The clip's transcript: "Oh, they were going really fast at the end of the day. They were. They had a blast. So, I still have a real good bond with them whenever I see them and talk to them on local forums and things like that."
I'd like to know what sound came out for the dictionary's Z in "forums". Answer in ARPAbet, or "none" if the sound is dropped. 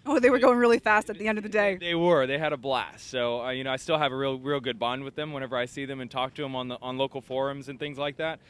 Z